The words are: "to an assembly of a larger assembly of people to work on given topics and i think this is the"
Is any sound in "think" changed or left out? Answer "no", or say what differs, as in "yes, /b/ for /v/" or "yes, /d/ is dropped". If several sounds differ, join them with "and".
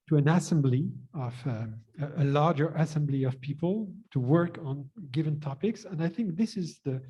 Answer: no